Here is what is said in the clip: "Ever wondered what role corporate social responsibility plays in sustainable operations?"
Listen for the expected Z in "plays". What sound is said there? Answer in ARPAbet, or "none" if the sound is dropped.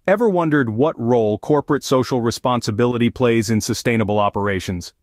Z